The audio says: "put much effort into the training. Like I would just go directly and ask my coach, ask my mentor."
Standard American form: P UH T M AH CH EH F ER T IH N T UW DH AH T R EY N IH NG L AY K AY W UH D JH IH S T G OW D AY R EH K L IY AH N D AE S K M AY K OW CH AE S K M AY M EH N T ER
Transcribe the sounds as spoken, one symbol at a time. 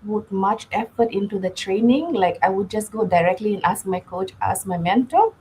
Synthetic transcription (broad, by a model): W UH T M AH CH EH F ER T IH N T UW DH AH T R EY N IH NG L AY K AY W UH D JH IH S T G OW D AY R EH K L IY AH N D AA S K M AY K OW CH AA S M AY M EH N T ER